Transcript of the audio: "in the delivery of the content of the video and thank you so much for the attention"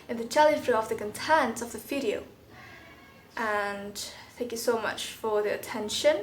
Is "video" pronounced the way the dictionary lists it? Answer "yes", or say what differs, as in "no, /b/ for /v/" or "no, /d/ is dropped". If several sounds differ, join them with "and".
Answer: no, /f/ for /v/